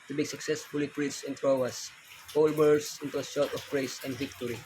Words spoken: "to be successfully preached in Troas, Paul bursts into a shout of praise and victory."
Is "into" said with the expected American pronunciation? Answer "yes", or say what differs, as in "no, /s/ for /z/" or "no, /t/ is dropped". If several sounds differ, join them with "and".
yes